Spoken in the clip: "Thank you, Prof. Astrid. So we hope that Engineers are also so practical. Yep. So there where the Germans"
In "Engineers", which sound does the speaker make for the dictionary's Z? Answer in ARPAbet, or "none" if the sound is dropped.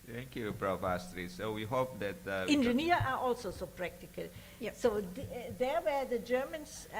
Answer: none